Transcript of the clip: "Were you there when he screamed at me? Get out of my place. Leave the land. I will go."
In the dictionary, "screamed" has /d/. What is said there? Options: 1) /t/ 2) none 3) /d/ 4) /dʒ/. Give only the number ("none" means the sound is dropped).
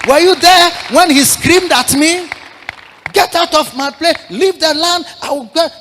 3